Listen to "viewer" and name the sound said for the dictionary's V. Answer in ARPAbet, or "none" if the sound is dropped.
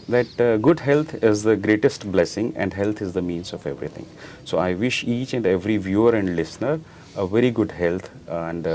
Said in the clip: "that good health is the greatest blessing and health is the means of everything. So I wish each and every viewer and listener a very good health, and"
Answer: V